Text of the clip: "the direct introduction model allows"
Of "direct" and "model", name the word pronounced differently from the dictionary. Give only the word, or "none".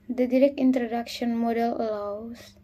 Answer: none